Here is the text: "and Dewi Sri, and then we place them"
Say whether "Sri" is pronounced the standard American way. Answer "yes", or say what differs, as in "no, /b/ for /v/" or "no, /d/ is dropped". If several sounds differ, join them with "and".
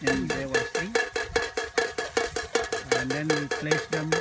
no, /ɹ/ is dropped